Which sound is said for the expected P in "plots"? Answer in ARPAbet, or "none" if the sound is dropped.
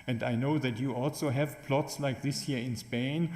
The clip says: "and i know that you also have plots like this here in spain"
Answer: P